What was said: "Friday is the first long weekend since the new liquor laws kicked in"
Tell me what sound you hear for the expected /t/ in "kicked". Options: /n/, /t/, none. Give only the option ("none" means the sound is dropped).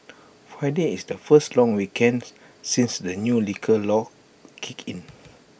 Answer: none